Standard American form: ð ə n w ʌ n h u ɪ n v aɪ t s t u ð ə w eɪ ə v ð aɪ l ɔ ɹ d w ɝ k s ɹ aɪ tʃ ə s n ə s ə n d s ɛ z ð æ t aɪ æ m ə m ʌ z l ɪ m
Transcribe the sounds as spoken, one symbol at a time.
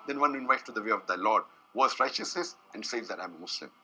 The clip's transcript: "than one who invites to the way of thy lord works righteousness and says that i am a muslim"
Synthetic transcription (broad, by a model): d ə n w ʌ n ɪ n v aɪ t t u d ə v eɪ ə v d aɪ l ɔ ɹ d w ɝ s ɹ aɪ tʃ ə s n ə s ə n d s ɛ z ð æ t aɪ m ə m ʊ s l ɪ m